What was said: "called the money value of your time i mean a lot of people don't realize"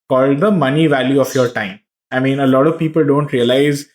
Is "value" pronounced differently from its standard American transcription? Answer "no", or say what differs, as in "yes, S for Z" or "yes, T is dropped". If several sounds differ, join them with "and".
no